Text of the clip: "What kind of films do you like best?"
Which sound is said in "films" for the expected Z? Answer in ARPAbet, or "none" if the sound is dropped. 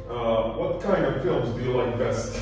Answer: Z